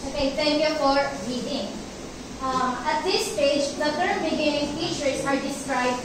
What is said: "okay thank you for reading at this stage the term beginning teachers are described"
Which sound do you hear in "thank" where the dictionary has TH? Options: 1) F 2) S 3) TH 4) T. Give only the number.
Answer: 4